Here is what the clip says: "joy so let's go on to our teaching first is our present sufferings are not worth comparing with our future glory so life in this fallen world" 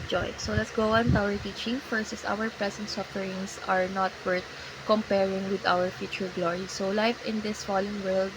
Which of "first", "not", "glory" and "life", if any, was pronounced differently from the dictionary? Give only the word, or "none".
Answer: first